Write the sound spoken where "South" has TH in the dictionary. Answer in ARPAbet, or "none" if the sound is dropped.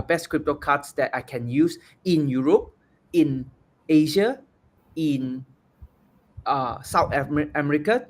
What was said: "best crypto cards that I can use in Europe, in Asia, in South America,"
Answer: T